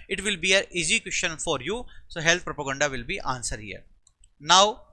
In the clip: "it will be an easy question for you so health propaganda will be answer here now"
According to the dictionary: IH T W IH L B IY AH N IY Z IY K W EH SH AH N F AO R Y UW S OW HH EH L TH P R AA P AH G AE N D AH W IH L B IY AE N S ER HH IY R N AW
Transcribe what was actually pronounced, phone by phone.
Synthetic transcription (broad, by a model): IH T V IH L B IY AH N IY Z IY K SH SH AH N F AO R Y UW S OW HH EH L T P R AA P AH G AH N D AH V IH L B IY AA N S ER HH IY R N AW